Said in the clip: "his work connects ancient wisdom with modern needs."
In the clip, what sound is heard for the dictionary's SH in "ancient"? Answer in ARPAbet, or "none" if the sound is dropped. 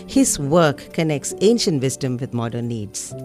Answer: SH